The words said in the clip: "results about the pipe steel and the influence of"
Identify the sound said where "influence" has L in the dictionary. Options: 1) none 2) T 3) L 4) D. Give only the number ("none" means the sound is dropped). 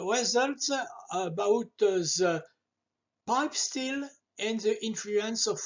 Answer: 3